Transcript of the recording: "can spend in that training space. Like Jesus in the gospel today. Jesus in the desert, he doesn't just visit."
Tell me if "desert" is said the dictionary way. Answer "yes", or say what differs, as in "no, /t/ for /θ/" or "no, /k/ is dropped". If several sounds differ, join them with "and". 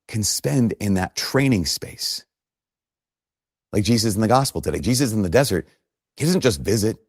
yes